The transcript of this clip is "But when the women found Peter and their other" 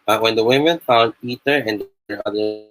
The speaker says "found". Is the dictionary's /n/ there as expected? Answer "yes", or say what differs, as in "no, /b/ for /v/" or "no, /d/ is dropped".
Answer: no, /l/ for /n/